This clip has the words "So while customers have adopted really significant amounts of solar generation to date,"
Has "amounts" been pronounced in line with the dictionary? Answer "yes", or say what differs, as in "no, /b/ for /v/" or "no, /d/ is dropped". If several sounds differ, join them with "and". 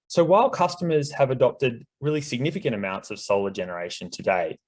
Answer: yes